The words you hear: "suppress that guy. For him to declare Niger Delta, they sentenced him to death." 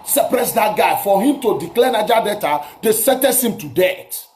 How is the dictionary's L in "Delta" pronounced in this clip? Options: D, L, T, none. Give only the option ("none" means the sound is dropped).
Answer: none